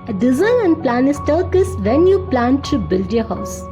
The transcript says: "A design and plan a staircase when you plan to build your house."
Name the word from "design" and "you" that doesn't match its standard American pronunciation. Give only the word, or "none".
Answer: design